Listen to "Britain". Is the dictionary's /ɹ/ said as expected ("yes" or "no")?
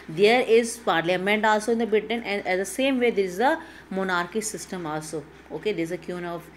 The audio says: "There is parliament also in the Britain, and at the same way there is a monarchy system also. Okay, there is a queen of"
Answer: no